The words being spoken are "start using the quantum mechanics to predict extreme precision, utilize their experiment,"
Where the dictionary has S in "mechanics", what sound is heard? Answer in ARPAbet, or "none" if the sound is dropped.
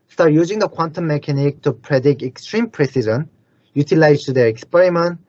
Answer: none